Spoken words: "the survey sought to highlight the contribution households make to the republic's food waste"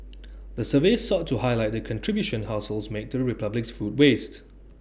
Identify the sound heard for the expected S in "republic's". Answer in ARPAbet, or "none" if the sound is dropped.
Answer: S